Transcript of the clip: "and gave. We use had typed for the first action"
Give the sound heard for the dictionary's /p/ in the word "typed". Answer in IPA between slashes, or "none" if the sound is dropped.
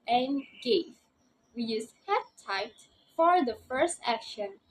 none